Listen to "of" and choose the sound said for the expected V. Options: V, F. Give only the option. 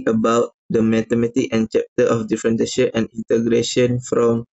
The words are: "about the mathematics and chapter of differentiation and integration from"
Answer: F